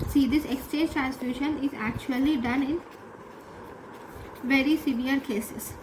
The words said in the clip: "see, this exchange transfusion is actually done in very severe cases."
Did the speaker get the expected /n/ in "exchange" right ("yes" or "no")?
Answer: no